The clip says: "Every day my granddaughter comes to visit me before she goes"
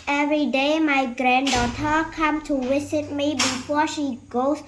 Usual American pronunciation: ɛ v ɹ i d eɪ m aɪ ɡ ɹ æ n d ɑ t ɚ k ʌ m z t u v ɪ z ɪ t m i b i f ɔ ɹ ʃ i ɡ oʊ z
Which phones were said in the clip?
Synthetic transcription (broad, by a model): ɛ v ɹ i d eɪ m aɪ ɡ ɹ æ n d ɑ t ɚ k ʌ m t u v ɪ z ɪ t m i b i f ɔ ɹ ʃ i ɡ oʊ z